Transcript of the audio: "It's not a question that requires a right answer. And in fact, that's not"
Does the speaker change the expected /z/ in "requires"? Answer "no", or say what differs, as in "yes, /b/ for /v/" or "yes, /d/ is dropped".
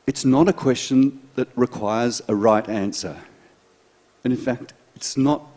no